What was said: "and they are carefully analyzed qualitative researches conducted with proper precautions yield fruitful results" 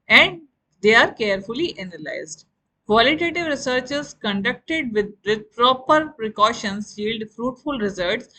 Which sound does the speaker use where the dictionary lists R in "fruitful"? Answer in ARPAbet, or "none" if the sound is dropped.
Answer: R